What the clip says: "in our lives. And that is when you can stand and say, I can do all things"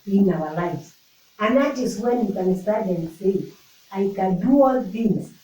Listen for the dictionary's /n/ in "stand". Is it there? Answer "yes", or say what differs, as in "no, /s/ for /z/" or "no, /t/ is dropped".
no, /n/ is dropped